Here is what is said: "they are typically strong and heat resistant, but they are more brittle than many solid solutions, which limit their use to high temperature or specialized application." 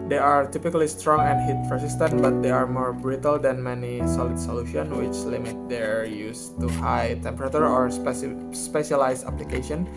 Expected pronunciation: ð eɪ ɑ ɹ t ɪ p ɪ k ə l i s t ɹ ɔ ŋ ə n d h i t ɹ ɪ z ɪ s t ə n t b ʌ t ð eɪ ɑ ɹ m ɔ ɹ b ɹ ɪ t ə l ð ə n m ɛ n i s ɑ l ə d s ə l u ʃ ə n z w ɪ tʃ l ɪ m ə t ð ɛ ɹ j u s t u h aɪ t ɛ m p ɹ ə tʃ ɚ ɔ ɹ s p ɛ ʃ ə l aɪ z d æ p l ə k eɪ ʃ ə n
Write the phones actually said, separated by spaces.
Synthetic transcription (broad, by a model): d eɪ ɑ ɹ t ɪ p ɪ k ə l i s t ɹ ɔ ŋ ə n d h i t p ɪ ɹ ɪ s t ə n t b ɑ t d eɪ ɑ ɹ m ɔ ɹ b ɹ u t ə l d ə n m ɛ n i s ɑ l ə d s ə l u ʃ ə n w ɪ tʃ l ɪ m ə t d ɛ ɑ j u s t u h aɪ t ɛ m p ɹ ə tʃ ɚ ɔ ɹ s p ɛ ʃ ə l aɪ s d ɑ p l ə k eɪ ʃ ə n